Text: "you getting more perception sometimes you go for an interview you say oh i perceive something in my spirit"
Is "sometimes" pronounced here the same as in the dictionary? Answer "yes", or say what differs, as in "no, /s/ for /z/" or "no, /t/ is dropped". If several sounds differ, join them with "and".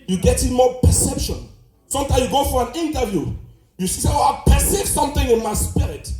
no, /z/ is dropped